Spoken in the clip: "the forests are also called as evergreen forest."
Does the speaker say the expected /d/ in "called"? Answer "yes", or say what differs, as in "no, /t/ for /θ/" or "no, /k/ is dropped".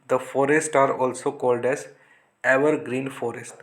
yes